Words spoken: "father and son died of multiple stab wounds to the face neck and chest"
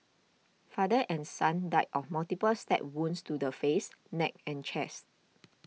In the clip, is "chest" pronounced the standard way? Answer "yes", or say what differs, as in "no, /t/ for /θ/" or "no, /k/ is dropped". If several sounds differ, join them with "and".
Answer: yes